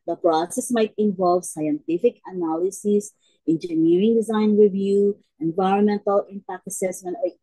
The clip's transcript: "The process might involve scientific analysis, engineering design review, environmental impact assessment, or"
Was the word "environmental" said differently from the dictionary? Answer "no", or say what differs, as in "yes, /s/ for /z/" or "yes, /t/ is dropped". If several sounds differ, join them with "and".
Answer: no